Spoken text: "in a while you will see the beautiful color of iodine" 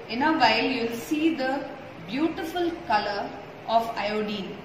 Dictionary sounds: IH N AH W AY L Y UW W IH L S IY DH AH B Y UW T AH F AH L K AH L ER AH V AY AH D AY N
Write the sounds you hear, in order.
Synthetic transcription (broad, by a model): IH N AH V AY L Y UW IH L S IY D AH B Y UW T AH F AH L K AH L ER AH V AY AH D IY N